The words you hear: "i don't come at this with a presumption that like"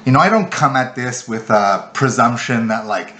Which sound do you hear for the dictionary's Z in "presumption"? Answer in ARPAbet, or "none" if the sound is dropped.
Z